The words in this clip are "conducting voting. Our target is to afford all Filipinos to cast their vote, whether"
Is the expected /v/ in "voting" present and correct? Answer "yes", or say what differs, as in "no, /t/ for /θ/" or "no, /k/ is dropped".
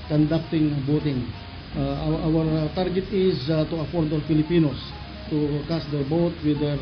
no, /b/ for /v/